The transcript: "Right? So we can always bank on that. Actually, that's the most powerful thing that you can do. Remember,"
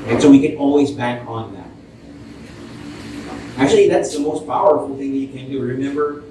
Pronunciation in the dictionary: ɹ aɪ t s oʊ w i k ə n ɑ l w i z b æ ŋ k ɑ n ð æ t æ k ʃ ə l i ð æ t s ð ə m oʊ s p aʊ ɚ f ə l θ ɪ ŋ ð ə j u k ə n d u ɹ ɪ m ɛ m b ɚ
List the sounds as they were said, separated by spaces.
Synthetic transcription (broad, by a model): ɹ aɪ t s oʊ w i k ə n ɑ l w i z b æ ŋ k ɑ n ð æ t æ k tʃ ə l i ð æ t s ð ə m oʊ s p aʊ ɚ f l θ ɪ ŋ ð ə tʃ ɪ k ə n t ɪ ɹ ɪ m ɛ m b ɚ